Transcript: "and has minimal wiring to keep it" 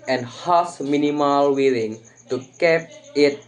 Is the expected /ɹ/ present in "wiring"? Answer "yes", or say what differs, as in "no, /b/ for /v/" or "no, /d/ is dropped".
no, /l/ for /ɹ/